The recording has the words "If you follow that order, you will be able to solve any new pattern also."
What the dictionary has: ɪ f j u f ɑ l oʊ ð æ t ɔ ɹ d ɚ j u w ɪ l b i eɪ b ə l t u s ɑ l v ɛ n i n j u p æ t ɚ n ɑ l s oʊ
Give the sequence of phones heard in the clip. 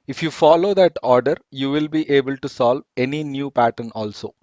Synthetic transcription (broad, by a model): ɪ f j u f ɑ l oʊ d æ t ɔ ɹ d ɚ j u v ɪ l b i eɪ b ə l t u s ɑ l v ɛ n i n j u p æ t ɚ n ɑ l s oʊ